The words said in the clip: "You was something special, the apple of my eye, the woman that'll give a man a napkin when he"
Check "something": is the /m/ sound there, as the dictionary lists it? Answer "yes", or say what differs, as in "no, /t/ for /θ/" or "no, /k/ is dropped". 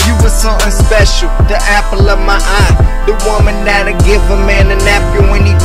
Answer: no, /m/ is dropped